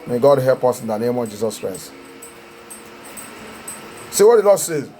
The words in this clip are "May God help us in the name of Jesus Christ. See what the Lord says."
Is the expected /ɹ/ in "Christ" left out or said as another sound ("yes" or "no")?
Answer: no